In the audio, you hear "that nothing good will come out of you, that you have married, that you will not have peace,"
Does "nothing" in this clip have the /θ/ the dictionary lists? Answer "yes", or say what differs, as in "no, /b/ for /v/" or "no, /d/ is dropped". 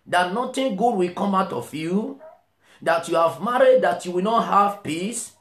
no, /t/ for /θ/